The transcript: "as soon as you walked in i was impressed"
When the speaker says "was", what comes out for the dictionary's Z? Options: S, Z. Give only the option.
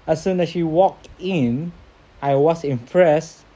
S